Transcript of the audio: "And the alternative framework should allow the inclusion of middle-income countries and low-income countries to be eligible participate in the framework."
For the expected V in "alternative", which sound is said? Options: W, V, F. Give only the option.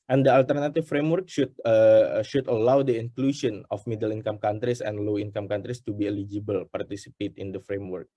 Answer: F